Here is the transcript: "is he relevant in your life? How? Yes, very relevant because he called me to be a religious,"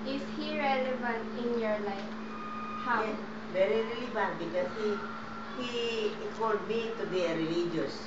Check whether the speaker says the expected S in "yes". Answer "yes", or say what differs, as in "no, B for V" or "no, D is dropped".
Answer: no, S is dropped